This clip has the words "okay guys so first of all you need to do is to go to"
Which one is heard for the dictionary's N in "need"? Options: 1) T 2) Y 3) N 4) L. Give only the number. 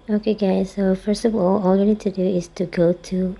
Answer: 4